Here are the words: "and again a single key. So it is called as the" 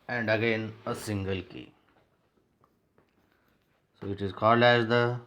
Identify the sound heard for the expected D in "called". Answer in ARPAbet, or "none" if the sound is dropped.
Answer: D